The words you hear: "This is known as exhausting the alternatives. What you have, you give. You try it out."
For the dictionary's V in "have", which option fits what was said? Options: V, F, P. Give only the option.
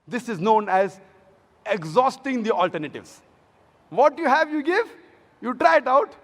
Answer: V